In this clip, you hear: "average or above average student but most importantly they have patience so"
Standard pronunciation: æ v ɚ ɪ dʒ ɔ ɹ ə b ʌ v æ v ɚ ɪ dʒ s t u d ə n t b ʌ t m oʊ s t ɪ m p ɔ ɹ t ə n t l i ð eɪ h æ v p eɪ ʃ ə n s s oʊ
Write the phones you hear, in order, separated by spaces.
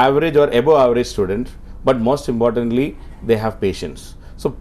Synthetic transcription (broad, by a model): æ v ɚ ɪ dʒ ɔ ɹ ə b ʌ æ v ɚ ɪ dʒ s t u d ə n t b ʌ t m oʊ s t ɪ m p ɔ ɹ t ə n t l i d eɪ h æ v p eɪ ʃ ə n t s oʊ